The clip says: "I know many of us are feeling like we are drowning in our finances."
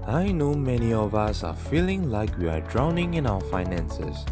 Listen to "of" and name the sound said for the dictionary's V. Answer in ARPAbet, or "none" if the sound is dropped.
V